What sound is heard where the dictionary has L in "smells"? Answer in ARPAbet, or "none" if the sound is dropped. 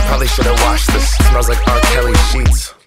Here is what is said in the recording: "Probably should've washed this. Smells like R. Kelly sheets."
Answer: none